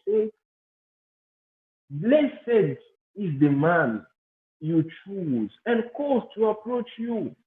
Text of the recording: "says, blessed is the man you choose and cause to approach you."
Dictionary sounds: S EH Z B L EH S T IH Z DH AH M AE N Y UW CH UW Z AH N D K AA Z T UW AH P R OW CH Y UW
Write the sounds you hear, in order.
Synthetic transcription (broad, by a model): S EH B L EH S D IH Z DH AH M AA N Y UW CH UW Z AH N K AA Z T UW AH P R OW CH Y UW